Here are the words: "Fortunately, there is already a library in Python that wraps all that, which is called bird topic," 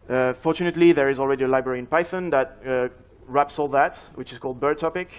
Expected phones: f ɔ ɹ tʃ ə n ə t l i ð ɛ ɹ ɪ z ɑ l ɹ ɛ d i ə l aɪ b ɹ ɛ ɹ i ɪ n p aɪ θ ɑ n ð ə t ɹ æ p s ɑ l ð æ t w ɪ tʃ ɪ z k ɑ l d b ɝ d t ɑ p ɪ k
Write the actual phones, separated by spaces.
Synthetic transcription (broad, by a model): f ɔ ɹ tʃ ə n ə t l i ð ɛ ɹ ɪ z ɑ l ɹ ɛ d i ə l aɪ b ɹ ɛ ɹ i ɪ n p aɪ θ ɑ n ð ə t ɹ æ p s ɑ l ð æ t w ɪ tʃ ɪ z k ɑ l d b ɝ d t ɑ p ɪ k